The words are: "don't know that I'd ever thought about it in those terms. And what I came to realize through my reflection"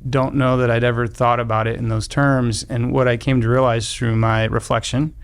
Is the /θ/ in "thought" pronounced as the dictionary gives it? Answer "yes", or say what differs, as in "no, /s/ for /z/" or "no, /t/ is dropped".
yes